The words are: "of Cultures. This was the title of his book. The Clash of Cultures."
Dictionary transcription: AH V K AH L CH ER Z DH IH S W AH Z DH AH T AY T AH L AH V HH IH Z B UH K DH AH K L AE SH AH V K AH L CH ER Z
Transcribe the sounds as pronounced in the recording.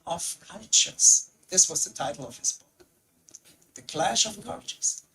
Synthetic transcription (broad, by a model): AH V K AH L CH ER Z DH IH S W AH Z DH AH T AY T L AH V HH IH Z B UH K DH AH K L AE SH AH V K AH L CH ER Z